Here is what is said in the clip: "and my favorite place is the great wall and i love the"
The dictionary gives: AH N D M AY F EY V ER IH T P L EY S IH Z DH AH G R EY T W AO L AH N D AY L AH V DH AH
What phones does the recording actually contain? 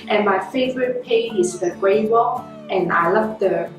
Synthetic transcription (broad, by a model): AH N M AY F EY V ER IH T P EY IH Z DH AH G R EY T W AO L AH N AY L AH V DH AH